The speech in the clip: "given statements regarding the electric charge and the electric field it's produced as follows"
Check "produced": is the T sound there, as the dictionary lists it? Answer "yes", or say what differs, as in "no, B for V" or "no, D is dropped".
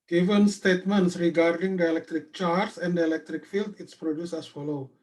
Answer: no, T is dropped